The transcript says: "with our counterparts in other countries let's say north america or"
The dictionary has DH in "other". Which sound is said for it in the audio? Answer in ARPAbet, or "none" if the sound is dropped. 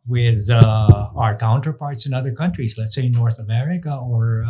DH